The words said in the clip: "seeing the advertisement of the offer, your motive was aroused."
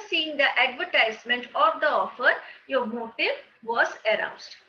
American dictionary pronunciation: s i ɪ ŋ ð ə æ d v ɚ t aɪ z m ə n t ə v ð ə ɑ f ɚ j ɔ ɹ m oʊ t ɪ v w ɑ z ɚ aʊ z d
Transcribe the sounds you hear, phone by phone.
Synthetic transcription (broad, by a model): s i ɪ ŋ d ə æ d v ɚ t aɪ z m ə n t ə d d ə ɑ f ɚ j ɔ ɹ m oʊ t ɪ v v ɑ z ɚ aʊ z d